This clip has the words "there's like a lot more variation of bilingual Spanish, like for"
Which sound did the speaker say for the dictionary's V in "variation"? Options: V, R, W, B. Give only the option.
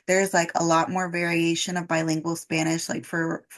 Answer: V